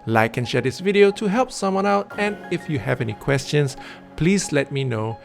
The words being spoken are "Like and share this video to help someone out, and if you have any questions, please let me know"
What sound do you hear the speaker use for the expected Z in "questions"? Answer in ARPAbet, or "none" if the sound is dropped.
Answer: S